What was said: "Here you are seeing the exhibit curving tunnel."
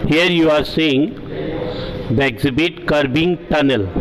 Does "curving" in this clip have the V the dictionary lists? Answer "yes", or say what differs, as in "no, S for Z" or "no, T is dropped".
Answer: no, B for V